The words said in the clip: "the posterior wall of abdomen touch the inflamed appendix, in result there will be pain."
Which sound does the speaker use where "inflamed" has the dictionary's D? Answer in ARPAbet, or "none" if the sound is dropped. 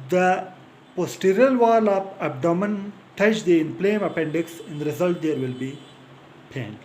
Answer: none